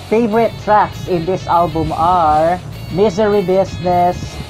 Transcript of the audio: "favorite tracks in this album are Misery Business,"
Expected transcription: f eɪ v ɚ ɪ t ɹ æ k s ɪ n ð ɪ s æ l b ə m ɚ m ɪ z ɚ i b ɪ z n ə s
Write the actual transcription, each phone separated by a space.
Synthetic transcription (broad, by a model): f eɪ v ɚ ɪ t ɹ æ k s ɪ n ð ɪ s æ l b ə m ɚ m ɪ z ɚ i b ɪ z n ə s